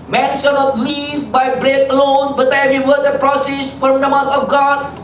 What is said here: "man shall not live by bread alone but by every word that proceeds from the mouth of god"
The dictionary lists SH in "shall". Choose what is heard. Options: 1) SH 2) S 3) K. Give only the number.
2